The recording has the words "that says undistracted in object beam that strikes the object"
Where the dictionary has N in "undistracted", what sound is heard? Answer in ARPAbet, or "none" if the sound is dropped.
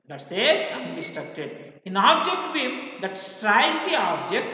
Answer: none